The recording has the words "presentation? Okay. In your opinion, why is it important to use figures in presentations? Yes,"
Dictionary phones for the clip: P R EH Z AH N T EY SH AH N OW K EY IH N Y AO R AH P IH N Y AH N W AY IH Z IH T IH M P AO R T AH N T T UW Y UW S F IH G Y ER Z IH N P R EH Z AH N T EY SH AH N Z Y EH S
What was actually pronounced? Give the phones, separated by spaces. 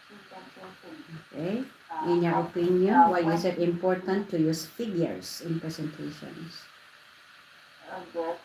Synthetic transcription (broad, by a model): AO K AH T IH N Y AO R AH P IH N Y AH N W AY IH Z IH T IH M P AO R T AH N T T UW Y UW S F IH G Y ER S IH N P R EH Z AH N T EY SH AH N S